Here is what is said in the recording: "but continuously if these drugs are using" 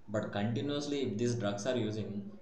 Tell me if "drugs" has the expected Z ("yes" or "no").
no